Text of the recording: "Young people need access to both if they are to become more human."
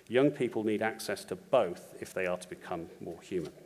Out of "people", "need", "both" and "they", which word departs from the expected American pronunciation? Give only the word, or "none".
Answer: none